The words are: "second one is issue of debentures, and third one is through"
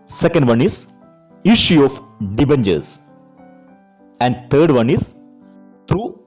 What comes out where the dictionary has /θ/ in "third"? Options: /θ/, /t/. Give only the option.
/t/